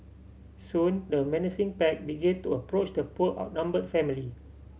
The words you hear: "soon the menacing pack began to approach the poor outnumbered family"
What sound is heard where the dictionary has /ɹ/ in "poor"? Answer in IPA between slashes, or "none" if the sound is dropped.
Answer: /l/